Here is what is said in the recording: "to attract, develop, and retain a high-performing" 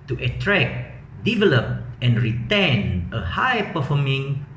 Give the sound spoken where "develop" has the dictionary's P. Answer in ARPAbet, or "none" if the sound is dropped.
P